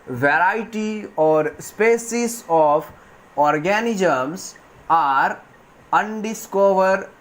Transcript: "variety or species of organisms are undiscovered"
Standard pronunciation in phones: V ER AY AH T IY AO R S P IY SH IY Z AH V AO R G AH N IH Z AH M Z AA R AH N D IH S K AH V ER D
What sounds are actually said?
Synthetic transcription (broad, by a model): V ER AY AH T IY AO R S P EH S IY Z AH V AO R G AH N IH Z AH M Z AA R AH N D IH S K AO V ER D